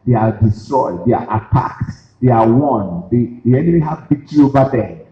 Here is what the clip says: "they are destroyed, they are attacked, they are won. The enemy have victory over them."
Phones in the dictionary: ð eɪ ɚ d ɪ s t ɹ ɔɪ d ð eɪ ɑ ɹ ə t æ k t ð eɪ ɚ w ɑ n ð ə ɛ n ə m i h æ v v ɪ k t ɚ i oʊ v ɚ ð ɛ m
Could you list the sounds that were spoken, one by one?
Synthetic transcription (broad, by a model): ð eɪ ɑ d ɪ s t ɹ ɔɪ d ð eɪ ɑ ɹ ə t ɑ k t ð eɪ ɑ w ɑ n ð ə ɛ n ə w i h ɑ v b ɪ t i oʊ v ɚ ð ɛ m